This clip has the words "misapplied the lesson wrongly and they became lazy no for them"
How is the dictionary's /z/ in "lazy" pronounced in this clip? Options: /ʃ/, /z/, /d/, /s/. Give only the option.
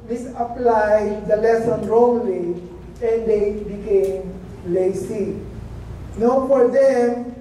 /s/